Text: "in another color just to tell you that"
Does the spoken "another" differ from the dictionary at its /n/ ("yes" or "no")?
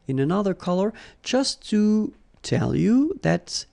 no